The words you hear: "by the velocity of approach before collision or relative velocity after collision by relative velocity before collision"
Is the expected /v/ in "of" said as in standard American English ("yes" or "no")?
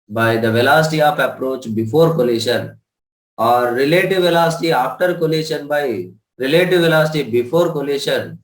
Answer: no